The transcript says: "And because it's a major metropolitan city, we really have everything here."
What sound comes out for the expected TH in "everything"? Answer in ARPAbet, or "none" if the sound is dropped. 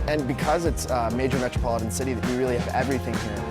TH